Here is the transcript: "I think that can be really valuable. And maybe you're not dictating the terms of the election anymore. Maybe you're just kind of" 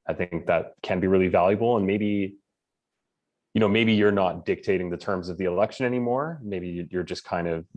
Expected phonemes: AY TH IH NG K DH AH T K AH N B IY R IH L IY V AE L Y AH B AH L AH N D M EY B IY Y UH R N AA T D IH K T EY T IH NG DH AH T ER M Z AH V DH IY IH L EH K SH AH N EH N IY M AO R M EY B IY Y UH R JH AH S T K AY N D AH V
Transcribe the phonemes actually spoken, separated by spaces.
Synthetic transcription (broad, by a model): AY TH IH NG K DH AH T K AH N B IY R IH L IY V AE L Y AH B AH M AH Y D M EY B IY Y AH R N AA T D IH K T EY T IH NG DH AH T ER M Z AH V DH IY IH L EH K SH AH N EH N IY M AO R M EY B IY Y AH R JH AH S K AY N D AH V